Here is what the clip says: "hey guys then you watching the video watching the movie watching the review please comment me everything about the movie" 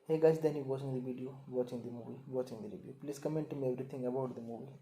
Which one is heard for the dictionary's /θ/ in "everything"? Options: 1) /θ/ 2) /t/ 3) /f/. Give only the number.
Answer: 2